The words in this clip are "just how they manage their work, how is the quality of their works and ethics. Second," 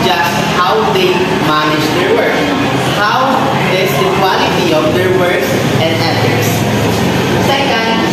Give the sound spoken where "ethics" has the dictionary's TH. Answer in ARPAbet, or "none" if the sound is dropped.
F